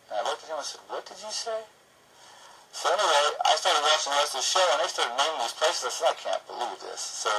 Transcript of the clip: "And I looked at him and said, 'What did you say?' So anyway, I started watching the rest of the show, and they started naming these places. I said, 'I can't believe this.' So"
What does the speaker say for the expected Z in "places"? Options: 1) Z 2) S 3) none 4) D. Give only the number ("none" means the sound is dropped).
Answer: 1